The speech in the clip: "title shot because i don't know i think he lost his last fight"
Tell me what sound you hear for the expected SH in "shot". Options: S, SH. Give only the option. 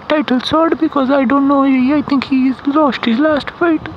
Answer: S